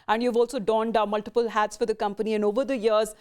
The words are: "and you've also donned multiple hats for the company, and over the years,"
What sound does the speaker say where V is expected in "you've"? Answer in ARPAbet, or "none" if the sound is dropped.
V